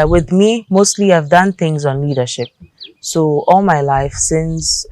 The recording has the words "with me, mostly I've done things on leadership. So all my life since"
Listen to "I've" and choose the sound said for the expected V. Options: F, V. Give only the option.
V